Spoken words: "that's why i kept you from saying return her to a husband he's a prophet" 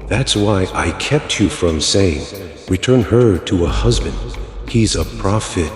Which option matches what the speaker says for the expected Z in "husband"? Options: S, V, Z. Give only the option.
Z